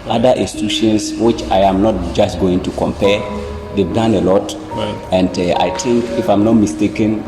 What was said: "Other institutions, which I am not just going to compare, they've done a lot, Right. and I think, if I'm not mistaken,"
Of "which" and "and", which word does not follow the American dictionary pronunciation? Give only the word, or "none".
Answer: none